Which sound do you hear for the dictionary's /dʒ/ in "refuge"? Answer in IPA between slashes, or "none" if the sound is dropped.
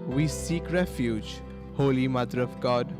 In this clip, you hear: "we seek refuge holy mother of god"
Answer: /dʒ/